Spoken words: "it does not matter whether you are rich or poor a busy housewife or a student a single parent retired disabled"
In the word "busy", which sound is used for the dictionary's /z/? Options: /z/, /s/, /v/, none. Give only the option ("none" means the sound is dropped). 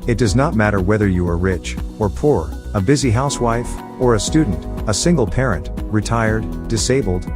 /z/